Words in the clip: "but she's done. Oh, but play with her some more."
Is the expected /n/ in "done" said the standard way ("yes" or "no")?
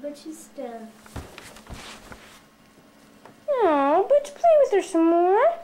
no